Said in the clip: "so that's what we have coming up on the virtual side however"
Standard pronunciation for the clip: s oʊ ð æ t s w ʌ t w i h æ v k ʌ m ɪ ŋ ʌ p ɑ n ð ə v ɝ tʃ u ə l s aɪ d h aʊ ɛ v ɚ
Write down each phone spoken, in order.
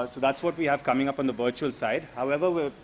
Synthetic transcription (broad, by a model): s oʊ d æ t s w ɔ t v i h æ v k ʌ m ɪ ŋ ʌ p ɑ n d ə v ɝ tʃ u ə l s aɪ d h aʊ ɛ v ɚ